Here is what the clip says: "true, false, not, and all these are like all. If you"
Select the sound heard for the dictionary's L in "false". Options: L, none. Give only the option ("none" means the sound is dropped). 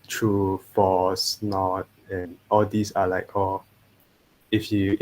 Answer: none